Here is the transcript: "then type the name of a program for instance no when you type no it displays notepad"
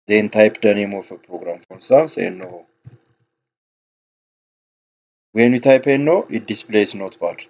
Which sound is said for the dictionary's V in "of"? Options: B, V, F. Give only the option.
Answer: F